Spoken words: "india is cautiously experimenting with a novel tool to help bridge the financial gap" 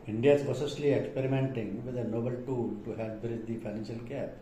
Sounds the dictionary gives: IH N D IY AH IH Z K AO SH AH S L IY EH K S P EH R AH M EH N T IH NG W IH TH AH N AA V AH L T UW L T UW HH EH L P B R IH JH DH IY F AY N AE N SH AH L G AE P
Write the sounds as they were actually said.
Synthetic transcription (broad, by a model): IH N D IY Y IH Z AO S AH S L IY EH K S P EH R AH M EH N T IH NG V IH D AH N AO B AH L T UW L T UW HH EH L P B R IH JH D IY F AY N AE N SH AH L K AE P